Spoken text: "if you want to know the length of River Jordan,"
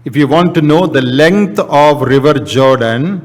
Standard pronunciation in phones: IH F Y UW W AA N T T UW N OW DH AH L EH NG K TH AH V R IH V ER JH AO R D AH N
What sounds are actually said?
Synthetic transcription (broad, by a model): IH F Y UW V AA N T T UW N OW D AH L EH NG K T AH V R IH V ER JH AO R D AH N